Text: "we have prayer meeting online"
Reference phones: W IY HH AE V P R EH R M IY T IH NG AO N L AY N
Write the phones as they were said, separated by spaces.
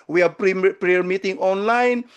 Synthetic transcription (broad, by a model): W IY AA P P R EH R M IY T IH NG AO N L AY N